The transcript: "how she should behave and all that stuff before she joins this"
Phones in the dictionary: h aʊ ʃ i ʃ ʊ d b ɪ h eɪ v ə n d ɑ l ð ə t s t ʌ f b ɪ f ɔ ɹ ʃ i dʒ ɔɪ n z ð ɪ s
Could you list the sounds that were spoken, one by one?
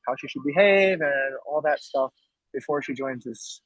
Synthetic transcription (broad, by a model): h aʊ ʃ i ʃ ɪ d b ɪ h eɪ v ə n ɑ l ð ə t s t ʌ f b ɪ f ɔ ɹ ʃ i dʒ ɔɪ n z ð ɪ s